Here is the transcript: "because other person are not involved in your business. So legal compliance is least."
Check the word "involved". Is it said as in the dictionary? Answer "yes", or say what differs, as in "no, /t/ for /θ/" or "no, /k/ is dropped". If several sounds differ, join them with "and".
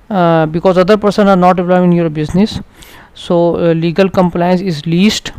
no, /l/ is dropped and /d/ is dropped